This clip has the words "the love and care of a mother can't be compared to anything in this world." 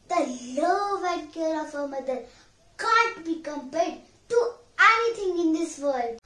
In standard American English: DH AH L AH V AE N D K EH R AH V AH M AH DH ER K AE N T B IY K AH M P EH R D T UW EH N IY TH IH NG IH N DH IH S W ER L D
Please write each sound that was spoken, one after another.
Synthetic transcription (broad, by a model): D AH L AH V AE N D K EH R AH F AH M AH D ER K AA N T B IY K AH M P EH R D T UW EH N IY T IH NG IH N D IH S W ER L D